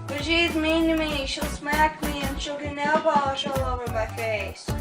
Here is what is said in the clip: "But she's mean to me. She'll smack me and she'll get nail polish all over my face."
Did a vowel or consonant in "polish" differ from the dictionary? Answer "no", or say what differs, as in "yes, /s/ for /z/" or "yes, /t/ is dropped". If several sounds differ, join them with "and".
yes, /b/ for /p/